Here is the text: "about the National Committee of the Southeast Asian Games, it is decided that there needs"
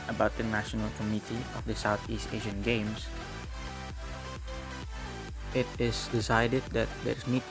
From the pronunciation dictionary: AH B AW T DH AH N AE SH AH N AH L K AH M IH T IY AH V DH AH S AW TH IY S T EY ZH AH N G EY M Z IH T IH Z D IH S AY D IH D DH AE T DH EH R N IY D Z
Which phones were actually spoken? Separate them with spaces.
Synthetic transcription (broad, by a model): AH B AW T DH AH N AE SH AH N AH L K AH M IH T IY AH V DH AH S AW TH IY S T EY ZH AH N G EY M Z IH T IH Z D IH S AY D IH D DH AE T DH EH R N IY